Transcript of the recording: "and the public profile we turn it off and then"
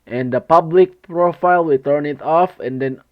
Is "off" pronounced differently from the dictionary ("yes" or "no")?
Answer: no